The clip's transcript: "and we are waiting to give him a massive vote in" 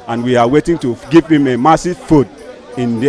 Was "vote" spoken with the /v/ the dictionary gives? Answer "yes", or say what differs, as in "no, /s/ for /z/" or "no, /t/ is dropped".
no, /f/ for /v/